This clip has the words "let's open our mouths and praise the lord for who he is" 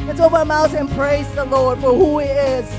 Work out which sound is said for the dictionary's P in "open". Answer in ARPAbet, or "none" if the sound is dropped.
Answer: none